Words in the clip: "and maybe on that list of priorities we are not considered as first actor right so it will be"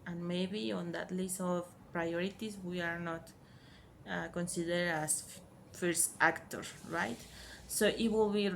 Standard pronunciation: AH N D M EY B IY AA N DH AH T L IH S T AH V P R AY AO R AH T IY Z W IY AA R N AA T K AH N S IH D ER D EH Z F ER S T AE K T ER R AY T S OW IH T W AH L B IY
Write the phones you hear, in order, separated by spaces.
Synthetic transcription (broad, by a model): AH N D M EY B IY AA N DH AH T L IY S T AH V P R AY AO R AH T IY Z W IY AA R N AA T K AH N S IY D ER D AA S F ER S T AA K T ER R AY T S OW IH T W AH L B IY